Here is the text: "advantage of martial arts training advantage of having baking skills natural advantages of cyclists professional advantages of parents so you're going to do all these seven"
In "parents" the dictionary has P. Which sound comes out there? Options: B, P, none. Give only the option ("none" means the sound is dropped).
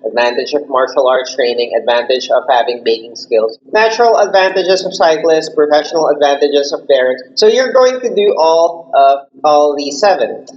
B